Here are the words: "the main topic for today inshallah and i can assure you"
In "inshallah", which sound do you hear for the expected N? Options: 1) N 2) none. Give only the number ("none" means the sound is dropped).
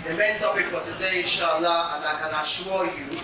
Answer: 2